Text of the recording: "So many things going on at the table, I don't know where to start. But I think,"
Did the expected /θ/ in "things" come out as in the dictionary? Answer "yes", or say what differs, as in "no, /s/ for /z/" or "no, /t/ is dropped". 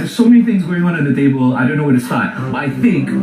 yes